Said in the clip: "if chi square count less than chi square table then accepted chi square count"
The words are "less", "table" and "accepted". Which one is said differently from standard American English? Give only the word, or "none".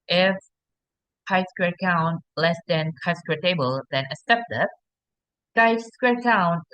accepted